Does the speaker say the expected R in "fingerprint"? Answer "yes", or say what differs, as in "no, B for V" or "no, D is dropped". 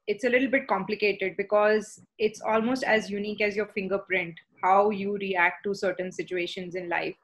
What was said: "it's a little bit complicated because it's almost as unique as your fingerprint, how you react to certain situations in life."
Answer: yes